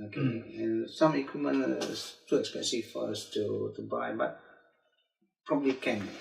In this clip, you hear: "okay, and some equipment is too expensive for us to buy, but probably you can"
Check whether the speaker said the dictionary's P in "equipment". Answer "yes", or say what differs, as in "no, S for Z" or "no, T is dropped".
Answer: no, P is dropped